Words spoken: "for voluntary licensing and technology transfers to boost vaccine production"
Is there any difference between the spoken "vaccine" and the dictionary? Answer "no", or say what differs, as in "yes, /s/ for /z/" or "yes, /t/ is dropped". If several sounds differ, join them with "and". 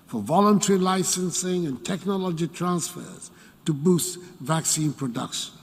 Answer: no